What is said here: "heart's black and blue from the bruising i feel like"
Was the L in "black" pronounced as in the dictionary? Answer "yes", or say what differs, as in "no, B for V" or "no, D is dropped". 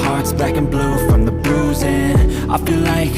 no, L is dropped